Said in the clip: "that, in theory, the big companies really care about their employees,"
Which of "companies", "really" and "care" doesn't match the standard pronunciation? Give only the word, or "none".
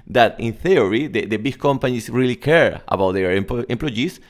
companies